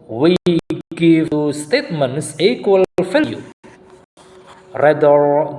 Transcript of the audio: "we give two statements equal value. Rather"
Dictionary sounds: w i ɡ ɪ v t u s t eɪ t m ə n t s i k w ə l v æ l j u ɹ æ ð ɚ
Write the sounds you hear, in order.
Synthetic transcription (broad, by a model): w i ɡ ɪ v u s t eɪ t m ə n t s i k w ə l f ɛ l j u ɹ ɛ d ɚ